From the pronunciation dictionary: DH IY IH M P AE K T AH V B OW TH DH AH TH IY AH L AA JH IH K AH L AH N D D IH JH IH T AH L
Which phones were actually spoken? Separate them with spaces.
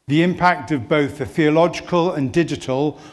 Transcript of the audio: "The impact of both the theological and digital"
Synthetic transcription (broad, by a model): DH IY IH M P AE K T AH V B OW TH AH TH IY AH L AA JH IH K AH L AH N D D IH JH IH T AH L